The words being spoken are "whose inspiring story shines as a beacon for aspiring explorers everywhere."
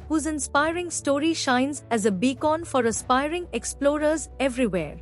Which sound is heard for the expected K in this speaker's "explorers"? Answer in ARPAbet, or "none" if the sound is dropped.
K